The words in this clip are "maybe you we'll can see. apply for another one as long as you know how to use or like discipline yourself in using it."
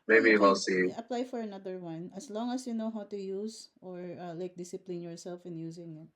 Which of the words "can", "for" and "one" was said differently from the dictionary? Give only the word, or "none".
can